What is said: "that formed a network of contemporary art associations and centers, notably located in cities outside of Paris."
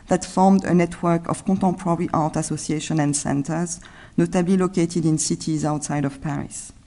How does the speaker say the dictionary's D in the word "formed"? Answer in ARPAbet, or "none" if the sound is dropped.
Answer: D